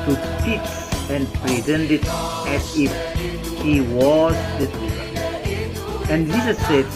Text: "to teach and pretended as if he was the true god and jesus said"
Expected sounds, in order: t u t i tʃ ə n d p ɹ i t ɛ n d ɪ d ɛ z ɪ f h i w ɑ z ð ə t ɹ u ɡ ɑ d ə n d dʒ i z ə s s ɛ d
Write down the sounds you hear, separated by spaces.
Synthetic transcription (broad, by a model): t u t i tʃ ə n d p ɹ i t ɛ n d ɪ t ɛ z ɪ f h i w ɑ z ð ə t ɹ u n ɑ ə n d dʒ i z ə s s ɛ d